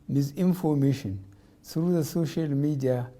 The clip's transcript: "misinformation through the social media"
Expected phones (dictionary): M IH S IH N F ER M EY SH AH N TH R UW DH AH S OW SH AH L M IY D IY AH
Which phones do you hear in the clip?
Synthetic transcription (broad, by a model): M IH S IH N F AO M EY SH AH N S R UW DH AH S OW SH AH L M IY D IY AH